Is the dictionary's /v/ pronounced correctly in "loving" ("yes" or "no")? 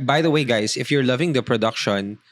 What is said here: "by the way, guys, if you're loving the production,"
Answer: yes